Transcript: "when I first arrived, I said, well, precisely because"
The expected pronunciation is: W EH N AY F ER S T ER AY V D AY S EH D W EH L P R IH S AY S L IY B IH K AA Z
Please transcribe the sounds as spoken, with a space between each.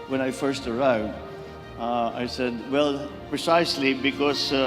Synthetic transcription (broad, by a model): W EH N AY F ER S T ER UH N D AY S EH D W EH L P R IH S AY S L IY B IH K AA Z